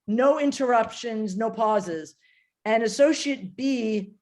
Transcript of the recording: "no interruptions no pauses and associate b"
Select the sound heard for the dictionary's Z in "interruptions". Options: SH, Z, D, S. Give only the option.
Z